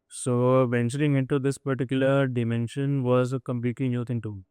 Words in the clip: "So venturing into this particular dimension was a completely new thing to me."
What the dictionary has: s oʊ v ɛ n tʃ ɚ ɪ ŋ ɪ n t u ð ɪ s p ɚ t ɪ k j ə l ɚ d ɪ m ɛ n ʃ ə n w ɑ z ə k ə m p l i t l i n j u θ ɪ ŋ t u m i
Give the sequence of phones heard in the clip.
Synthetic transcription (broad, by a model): s oʊ v ɛ n tʃ ɚ ɪ ŋ ɪ n t u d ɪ s p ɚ t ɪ k j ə l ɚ d ɪ m ɛ n ʃ ə n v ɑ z ə k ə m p i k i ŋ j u t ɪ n t u